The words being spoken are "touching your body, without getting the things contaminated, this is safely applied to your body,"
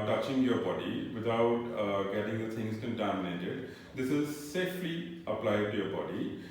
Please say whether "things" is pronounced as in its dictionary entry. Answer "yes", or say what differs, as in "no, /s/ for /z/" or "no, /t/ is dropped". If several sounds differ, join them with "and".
no, /t/ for /θ/